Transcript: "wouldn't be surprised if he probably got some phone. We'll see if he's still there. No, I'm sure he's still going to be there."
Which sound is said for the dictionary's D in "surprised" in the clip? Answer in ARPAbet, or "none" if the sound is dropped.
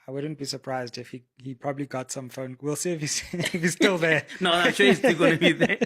D